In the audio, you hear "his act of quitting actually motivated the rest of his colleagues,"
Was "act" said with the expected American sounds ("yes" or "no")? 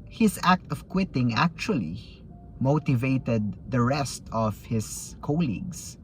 yes